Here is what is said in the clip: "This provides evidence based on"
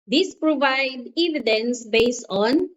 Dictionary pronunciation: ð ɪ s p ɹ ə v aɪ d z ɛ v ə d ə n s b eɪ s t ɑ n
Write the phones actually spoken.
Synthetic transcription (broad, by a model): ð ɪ s p ɹ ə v aɪ d ɛ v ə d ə n s b eɪ s t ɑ n